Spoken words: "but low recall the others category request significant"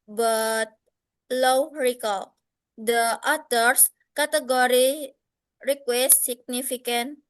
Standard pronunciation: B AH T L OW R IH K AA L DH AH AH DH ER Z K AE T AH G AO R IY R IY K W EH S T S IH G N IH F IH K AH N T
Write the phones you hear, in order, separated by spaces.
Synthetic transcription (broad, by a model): B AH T L OW R IH K AA L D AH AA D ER S K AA T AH G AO R IY R IY K W EH S T S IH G N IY F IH K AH N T